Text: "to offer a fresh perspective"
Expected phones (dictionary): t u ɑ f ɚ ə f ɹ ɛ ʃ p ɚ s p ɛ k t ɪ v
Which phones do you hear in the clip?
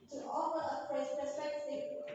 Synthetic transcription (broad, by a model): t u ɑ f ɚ ə p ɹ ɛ s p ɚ s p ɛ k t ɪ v